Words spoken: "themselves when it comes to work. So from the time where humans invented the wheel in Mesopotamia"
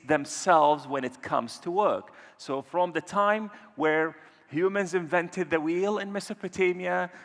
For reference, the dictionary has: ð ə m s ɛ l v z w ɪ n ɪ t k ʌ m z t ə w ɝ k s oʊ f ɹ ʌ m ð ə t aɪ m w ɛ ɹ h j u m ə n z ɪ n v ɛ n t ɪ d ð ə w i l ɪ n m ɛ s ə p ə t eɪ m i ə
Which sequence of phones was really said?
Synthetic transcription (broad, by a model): ð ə m s ɛ l v z w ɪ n ɪ t k ʌ m z t ə w ɝ k s oʊ f ɹ ʌ m ð ə t aɪ m w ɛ ɹ h j u m ə n z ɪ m v ɛ n t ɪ d ð ə w i l ɪ n m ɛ s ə p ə t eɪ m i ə